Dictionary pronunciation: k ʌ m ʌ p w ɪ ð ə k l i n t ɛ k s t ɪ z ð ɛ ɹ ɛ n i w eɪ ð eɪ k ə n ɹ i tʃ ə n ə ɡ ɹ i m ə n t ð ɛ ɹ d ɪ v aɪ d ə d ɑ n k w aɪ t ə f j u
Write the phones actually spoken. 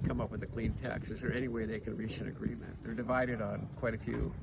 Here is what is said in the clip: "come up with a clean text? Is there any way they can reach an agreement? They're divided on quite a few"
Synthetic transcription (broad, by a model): k ʌ m ʌ p w ɪ ð ə k l i n t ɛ k s ɪ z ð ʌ ɹ ɛ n i w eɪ ð eɪ k ə n ɹ i tʃ ə n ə ɡ ɹ i m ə n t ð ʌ ɹ d ɪ v aɪ d ə d n k w aɪ t ə f j u